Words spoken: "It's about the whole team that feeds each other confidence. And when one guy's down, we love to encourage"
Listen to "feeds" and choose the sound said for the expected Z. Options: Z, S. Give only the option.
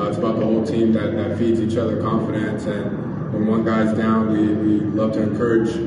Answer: Z